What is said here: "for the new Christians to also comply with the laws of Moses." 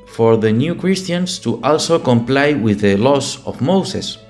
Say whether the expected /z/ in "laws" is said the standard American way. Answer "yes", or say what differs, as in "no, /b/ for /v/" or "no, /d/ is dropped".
no, /s/ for /z/